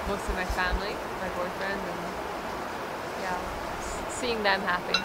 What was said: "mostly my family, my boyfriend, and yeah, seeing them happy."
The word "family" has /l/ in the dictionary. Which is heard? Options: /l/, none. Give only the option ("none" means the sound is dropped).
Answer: /l/